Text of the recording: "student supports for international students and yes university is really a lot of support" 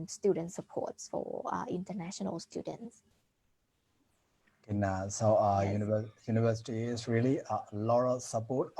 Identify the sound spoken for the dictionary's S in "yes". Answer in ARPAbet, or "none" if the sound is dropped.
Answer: none